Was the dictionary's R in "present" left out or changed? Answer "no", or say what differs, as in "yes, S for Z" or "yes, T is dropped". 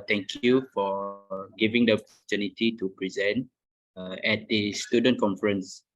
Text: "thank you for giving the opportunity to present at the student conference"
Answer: no